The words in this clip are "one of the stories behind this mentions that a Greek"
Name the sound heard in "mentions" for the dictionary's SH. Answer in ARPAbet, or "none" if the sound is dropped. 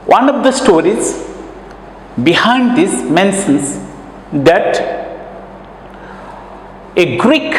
S